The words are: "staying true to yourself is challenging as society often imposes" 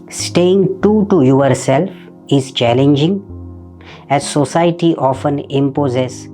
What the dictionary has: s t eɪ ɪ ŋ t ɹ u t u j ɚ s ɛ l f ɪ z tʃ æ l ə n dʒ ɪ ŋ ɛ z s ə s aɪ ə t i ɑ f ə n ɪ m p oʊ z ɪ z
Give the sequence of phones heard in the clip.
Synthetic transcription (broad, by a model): s t eɪ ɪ ŋ t u t u j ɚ s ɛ l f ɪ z tʃ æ l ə n dʒ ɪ ŋ ɛ z s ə s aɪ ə t i ɑ f ə n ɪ m p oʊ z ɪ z